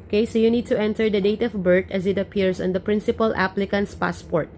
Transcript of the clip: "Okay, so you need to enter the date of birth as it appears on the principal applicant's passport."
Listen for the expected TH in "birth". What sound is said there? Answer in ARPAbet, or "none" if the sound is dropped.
T